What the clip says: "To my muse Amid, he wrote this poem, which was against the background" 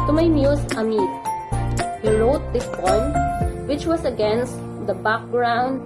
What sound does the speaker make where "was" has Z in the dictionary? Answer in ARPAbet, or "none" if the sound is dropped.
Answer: S